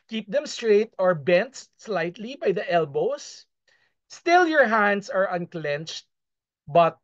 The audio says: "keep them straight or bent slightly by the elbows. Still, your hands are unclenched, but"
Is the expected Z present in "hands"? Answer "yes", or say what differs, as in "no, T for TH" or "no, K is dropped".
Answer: no, S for Z